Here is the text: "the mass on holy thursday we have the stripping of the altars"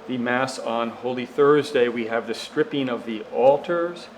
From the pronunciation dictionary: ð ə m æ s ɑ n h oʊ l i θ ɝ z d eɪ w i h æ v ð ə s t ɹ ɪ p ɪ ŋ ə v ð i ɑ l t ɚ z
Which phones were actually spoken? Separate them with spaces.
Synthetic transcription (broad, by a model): ð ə m æ s n h oʊ l i θ ɝ z d eɪ w i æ v ð ə s t ɹ ɪ p ɪ ŋ ə v ð i ɑ l t ɚ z